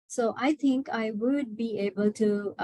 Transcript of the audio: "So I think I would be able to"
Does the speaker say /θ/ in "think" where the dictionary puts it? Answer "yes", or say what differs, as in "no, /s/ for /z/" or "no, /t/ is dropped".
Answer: no, /t/ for /θ/